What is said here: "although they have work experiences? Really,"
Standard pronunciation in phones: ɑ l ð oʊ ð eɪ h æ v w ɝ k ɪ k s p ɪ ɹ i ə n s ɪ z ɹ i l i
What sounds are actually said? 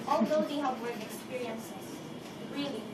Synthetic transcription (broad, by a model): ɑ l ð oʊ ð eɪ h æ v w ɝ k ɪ k s p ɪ ɹ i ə n s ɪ s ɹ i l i